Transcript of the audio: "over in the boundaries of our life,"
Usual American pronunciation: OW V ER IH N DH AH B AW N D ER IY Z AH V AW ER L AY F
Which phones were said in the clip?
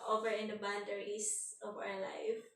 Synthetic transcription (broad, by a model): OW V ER IH N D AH B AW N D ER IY S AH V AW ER L AY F